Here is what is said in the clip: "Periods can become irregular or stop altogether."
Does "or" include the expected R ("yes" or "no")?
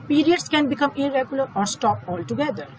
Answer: yes